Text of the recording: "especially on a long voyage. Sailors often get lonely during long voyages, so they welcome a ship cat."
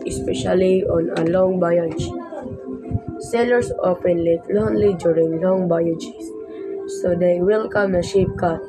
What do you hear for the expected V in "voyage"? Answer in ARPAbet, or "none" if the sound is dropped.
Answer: B